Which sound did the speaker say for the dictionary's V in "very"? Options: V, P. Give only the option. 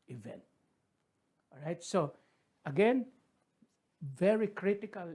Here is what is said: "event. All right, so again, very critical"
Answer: V